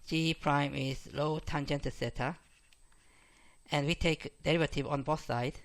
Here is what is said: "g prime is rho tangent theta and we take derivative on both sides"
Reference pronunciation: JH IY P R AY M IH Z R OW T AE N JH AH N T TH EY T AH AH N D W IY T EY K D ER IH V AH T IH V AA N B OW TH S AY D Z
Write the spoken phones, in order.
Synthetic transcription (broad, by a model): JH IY P R AY M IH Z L OW T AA N JH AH N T S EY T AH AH N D W IY T EY K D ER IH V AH T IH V AA N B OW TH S AY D